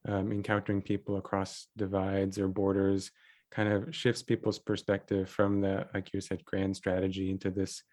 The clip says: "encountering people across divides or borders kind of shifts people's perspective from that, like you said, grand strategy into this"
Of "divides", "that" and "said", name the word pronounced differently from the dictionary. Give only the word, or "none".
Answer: none